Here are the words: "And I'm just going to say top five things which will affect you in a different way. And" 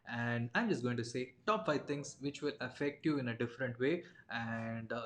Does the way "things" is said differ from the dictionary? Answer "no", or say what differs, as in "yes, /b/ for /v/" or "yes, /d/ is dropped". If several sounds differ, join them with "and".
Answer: yes, /t/ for /θ/